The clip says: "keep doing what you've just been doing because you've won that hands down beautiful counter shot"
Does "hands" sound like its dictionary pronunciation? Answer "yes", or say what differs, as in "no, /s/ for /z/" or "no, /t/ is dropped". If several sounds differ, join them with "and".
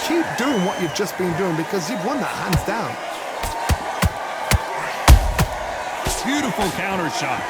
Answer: yes